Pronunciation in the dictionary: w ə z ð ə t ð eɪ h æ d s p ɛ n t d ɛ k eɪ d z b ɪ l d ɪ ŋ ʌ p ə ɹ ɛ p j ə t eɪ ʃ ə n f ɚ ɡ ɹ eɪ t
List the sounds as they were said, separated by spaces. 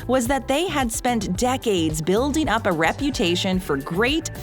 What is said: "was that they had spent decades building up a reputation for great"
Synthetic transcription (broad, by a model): w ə z ð ə t ð eɪ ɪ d s p ɛ n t d ɛ k eɪ d z b ɪ l d ɪ ŋ ʌ p ə ɹ ɛ p j ə t eɪ ʃ ə n f ɚ ɡ ɹ eɪ t